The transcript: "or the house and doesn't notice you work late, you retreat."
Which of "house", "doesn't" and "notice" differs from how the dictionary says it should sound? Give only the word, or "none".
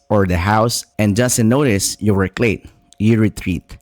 doesn't